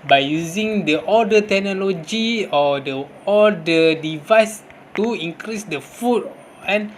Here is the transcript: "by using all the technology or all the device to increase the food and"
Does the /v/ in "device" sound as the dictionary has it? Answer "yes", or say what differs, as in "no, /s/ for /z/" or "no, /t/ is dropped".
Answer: yes